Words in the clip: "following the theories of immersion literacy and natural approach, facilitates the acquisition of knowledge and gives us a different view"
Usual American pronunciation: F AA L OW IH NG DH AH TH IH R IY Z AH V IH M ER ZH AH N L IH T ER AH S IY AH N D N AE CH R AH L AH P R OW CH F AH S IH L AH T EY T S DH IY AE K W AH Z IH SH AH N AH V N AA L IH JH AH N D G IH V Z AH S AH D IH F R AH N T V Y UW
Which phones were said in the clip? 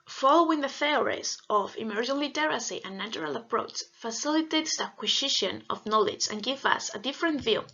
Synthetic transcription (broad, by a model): F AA L OW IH NG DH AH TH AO R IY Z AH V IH M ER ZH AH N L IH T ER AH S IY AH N N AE CH R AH L AH P R OW CH F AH S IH L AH T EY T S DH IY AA K W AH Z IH SH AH N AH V N AA L IH JH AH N G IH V AH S AH D IH F R AH N T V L